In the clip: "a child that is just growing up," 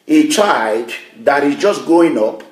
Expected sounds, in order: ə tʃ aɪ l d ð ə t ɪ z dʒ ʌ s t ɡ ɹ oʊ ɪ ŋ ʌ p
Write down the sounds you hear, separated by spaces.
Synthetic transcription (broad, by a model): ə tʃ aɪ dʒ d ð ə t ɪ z dʒ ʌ s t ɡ oʊ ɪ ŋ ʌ p